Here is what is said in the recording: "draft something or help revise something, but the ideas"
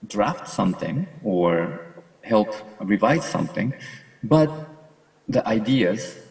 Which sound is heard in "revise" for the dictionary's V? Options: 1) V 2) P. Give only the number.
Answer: 1